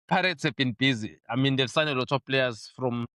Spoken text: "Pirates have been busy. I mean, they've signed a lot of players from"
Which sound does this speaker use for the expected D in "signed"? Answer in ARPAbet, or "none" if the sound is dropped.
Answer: none